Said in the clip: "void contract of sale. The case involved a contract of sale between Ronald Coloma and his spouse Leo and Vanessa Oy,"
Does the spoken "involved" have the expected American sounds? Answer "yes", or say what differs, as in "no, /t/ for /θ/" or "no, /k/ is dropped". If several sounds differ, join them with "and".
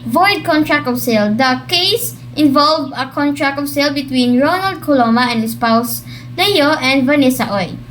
no, /d/ is dropped